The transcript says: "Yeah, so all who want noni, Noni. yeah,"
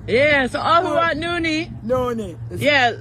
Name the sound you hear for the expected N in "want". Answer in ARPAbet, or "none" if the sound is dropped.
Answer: none